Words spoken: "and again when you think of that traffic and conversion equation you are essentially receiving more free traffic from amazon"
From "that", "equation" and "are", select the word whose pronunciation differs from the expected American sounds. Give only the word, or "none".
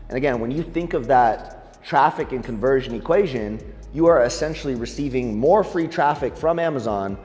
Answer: none